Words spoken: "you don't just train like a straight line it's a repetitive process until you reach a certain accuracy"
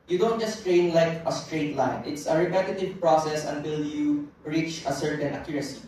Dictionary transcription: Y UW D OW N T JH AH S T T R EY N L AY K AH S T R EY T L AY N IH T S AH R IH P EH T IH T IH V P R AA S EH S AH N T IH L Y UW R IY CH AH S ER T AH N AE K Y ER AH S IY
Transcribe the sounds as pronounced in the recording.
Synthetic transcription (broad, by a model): Y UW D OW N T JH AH S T T R EY N L AY K AH S T R EY T L AY N IH T S AH R IH P EH T IH T IH V P R AA S EH S AH N T IH L Y UW R IY CH AH S ER T AH N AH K Y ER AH S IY